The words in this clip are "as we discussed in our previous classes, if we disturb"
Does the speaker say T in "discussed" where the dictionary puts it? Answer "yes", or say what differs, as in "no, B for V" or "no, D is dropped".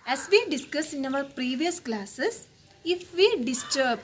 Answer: no, T is dropped